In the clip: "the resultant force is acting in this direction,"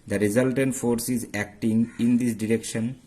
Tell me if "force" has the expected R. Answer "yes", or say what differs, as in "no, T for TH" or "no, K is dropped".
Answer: yes